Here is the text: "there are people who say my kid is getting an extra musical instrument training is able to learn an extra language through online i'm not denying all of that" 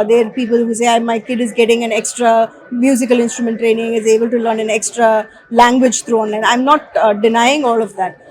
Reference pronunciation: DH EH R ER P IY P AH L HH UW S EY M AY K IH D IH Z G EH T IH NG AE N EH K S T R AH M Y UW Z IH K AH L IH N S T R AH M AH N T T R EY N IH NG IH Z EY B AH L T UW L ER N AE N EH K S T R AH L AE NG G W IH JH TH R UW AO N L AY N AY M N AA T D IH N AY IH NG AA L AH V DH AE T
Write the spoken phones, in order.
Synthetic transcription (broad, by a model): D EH R P IY P AH L HH UW S EY M AY K IH D IH Z G EH T IH NG AE N EH K S T R AH M Y UW Z IH K AH L IH N S T R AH M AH N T T R EY N IH NG IH Z EY B AH L T UW L ER N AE N EH K S T R AH L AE NG G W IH JH T R UW AO N L AY N AY M N AA T D IH N AY IH NG AA L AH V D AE T